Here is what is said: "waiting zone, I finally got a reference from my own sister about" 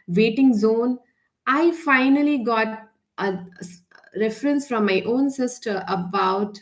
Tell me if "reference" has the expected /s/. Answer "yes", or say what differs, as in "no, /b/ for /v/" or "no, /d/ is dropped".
yes